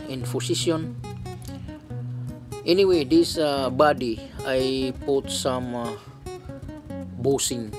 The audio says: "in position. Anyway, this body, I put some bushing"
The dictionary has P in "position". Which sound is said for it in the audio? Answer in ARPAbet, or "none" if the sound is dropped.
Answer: F